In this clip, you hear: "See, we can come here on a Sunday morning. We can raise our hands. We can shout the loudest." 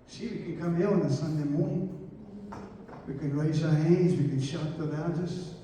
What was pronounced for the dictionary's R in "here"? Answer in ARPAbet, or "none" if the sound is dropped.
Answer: L